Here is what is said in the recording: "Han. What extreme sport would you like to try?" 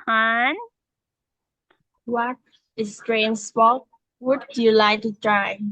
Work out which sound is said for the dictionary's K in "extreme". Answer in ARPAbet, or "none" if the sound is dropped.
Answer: none